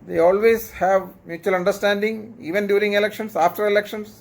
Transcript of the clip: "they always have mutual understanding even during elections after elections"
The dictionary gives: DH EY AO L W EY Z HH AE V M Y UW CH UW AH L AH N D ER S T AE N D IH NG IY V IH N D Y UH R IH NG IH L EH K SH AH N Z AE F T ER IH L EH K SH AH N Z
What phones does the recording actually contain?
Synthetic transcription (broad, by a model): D EY AO L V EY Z HH AE V M Y UW CH UW AH L AH N D ER S T AE N D IH NG IY V IH N D Y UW R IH NG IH L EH K SH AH N S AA F T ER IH L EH K SH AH N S